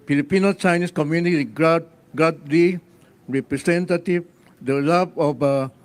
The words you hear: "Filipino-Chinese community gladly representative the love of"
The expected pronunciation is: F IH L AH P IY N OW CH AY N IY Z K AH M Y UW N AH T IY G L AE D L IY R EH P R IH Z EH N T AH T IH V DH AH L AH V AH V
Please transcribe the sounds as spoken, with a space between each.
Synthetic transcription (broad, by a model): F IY L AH P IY N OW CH AY N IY S K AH M Y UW N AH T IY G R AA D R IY R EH P R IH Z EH N T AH T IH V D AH L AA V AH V